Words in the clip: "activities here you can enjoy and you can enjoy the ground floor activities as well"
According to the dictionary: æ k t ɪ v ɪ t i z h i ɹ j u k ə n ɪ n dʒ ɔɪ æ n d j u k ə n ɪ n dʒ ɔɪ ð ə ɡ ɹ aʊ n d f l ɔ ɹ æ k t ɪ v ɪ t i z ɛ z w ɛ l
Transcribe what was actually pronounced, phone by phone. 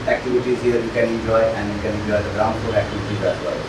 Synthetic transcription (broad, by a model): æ k t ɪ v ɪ t i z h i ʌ j u k ə n ɪ n dʒ ɔɪ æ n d j u k ə n ɪ n dʒ ɔɪ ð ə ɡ ɹ aʊ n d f ɔ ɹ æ k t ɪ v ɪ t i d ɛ s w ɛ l